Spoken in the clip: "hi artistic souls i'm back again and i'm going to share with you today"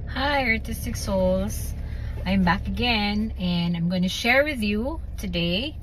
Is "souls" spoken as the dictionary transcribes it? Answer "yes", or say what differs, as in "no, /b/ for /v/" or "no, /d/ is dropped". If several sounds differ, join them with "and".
yes